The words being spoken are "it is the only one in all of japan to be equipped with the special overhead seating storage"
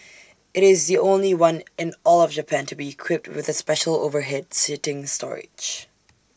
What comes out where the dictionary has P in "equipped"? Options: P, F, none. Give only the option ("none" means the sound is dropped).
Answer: P